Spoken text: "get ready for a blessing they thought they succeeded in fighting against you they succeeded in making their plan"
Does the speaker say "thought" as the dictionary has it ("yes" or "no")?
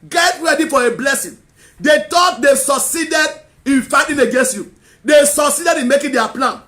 no